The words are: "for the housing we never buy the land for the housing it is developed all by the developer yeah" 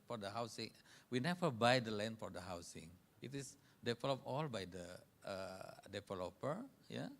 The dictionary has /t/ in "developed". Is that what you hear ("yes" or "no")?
no